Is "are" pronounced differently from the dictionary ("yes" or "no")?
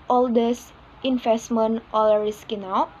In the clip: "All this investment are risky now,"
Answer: yes